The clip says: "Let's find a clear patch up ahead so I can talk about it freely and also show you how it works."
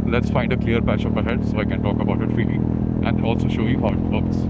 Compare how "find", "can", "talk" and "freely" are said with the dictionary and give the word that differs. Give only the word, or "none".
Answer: freely